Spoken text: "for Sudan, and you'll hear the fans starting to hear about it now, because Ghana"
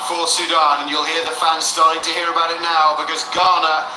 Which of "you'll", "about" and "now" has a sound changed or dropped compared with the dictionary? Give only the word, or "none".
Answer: none